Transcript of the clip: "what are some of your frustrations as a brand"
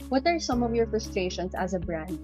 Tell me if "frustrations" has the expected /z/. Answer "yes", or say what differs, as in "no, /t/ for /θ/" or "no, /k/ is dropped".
no, /s/ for /z/